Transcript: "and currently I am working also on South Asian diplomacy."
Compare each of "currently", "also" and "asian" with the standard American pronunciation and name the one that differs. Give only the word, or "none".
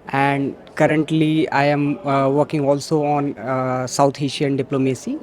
asian